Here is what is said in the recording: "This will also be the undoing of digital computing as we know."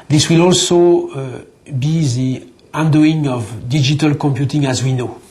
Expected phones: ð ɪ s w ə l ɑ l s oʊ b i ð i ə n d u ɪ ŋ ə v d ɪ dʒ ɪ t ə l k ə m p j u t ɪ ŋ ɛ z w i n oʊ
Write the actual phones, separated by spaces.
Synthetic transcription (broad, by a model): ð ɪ s w ə l ɑ l s oʊ b i ð i ə n d u ɪ ŋ ə v d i dʒ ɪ t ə l k ə m p j u t ɪ ŋ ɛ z w i n oʊ